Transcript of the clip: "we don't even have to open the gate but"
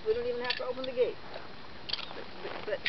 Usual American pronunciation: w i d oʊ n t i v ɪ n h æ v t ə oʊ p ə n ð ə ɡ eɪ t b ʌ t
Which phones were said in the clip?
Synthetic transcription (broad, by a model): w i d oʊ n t i v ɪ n h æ f t ə oʊ p ə n ð ə ɡ eɪ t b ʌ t